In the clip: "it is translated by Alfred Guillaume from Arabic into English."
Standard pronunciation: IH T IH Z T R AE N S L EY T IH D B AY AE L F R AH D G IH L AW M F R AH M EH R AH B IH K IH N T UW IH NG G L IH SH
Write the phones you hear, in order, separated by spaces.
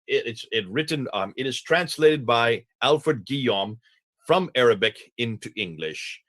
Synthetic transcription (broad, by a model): IH T IH Z T R AE N S L EY T IH D B AY AE L F R AH D G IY AW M F R AH M EH R AH B IH K IH N T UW IH NG G L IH SH